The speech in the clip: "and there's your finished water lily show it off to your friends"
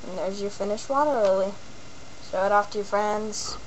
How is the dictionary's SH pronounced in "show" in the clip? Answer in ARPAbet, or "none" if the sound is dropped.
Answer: S